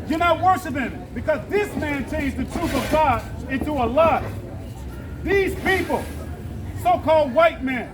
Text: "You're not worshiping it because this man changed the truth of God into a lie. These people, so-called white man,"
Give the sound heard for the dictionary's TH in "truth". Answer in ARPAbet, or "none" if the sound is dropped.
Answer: TH